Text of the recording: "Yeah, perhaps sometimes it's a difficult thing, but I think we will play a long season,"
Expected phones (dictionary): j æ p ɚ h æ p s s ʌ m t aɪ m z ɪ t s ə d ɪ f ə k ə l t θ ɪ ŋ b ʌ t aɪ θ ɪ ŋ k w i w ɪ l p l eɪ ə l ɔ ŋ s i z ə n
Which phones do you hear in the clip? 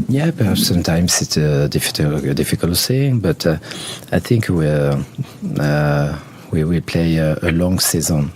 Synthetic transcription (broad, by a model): j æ p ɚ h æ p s s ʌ m t aɪ m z ɪ t s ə d ɪ f ə k ə l t s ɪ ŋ b ʌ t aɪ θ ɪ ŋ k w i w ɪ l p l eɪ ə l ɔ ŋ s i z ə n